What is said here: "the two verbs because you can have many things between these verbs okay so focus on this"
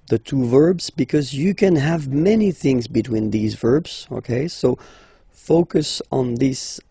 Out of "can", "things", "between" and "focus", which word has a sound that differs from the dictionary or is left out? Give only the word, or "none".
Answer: none